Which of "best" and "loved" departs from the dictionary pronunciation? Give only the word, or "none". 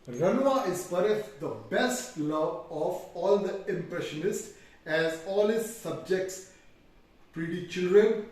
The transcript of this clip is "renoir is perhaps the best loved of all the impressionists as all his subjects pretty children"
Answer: loved